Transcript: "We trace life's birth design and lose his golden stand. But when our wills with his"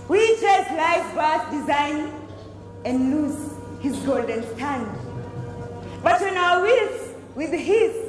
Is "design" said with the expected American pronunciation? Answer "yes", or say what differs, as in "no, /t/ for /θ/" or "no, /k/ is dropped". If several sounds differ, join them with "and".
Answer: yes